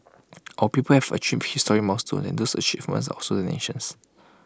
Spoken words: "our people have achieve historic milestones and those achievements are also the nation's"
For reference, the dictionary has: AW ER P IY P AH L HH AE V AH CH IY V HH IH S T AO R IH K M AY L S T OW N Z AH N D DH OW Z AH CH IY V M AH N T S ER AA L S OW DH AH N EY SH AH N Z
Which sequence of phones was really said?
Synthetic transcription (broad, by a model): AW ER P IY P AH L HH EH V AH CH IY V HH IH S T AO R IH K M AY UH S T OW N AH N D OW S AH CH IY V M AH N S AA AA S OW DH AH N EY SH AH N S